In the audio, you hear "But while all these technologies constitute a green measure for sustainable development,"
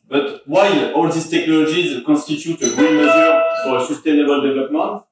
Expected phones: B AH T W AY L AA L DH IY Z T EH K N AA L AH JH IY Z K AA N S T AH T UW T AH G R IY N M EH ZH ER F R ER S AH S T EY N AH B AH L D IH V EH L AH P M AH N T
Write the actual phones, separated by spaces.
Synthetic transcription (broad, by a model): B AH T W AY L AA L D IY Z T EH K N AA L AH ZH IY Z K AA S T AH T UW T AH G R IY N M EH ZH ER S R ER S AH S T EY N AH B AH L D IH V L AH P M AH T